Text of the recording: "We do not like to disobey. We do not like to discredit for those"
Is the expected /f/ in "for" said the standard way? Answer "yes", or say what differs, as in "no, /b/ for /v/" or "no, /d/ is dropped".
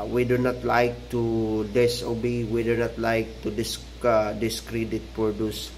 no, /p/ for /f/